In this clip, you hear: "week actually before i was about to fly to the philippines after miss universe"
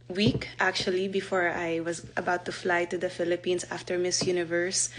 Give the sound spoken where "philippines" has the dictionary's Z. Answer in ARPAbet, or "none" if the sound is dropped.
S